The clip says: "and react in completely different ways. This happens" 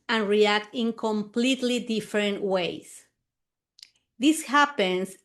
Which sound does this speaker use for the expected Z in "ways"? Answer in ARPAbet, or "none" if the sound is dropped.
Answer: S